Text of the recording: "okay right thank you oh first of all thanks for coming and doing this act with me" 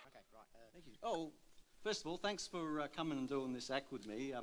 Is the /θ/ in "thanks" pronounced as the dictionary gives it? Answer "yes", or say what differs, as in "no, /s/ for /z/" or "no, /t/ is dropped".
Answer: yes